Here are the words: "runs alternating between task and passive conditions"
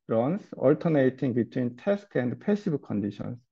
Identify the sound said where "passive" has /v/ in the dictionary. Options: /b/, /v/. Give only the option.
/b/